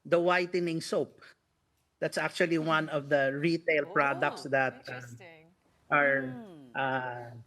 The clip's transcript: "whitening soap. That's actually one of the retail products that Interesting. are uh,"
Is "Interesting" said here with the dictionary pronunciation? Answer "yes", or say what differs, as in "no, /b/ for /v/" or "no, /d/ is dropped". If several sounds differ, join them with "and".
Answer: no, /n/ is dropped and /ɹ/ is dropped